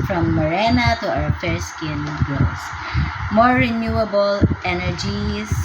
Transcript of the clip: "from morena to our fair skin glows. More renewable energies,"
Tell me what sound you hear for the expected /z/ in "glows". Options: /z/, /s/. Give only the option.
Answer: /s/